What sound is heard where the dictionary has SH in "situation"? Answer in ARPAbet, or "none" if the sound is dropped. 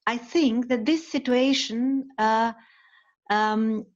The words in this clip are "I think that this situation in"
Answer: none